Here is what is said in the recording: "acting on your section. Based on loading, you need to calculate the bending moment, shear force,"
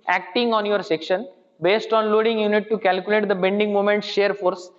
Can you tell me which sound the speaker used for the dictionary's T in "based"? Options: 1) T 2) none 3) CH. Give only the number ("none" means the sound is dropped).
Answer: 1